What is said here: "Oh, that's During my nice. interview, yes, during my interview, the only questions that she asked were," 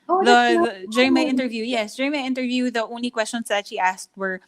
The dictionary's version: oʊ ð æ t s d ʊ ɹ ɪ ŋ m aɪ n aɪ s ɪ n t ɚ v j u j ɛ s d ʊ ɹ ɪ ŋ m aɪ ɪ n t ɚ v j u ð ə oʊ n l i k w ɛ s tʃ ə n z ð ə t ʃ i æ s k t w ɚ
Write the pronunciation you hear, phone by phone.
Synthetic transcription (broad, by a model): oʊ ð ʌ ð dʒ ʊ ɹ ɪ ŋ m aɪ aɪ ɪ n t ɚ v j u j ɛ s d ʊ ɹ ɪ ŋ m aɪ ɪ n t ɚ v j u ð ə oʊ n l i k w ɛ s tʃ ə n s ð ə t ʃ i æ s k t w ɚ